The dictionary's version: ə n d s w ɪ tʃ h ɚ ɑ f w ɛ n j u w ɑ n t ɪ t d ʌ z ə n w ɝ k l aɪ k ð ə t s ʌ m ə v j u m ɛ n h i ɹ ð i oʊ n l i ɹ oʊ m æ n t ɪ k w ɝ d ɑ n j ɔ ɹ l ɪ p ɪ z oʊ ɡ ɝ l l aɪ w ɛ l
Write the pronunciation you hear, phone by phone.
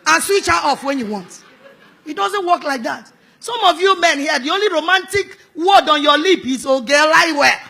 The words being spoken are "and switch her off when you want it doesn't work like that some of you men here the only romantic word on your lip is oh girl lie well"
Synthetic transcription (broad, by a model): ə n s w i tʃ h ɑ f w ɛ n j u w ɑ n t ɪ t d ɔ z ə n w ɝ k l aɪ k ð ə t s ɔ m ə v j u m ɛ n h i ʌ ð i oʊ n l i ɹ oʊ m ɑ n t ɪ k w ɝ d ɑ n j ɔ l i p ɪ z oʊ ɡ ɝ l l aɪ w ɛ